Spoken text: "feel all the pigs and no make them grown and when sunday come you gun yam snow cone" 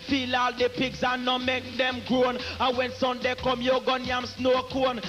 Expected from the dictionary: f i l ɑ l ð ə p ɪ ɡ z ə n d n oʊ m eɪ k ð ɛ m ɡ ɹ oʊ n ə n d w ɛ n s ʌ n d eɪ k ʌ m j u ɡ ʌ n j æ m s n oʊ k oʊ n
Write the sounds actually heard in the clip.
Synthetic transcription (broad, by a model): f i l ɑ l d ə p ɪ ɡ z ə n n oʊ m eɪ k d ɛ m ɡ ɹ oʊ n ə w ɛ n s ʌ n d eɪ k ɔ m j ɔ ɡ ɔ n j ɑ m s n oʊ k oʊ n